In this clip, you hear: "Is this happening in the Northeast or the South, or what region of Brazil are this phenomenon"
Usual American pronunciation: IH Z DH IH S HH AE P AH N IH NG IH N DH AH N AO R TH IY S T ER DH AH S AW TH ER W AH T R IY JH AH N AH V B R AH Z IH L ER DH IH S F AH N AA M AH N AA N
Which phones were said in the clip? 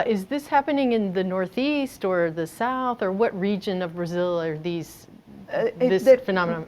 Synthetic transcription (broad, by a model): IH Z DH IH S HH AE P AH N IH NG IH N DH AH N AO R TH IY S T ER DH AH S AW TH ER W AH T R IY JH AH N AH V B R AH Z IH L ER DH IH S F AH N AA M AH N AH